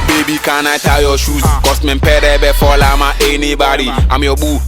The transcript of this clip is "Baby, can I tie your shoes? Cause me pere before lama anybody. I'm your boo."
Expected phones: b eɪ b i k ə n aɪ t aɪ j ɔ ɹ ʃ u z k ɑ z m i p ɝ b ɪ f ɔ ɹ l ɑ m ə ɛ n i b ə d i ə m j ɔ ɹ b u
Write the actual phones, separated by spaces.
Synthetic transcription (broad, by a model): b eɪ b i k ə n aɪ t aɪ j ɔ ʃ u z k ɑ s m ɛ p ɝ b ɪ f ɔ l ɑ m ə ɛ n i b ə d i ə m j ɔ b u